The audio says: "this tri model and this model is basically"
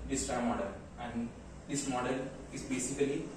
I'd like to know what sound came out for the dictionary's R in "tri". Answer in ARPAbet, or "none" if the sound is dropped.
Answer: none